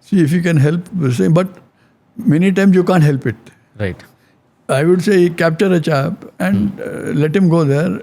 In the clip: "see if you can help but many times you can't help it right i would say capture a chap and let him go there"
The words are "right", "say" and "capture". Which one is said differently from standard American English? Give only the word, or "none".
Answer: none